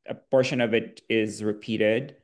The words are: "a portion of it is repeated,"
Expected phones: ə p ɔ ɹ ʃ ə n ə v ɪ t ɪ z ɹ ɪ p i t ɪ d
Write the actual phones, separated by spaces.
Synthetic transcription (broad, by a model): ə b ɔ ɹ ʃ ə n ə v ɪ t ɪ z ɹ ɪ p i t ɪ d